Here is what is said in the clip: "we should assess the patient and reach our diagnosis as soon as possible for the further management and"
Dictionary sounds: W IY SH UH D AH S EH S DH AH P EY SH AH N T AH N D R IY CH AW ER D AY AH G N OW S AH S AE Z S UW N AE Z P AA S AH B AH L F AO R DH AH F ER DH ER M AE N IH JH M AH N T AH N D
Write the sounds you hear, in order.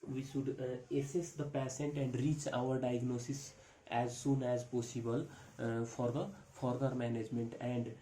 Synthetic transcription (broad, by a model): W IY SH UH D AH S EH S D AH P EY S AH N T AH N D R IY CH AW ER D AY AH G N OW S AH S AE Z S UW N AE Z P AA S AH B AH L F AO R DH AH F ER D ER M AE N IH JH M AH N T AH N D